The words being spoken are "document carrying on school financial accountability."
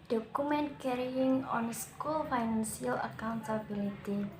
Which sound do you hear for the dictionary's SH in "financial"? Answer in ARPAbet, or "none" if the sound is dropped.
S